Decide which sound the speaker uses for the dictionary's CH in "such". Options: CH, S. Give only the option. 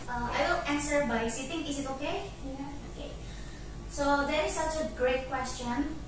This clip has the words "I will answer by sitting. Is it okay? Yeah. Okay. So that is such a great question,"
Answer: CH